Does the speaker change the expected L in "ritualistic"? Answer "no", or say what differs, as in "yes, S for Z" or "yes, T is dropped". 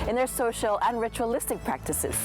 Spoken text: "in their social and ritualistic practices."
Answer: no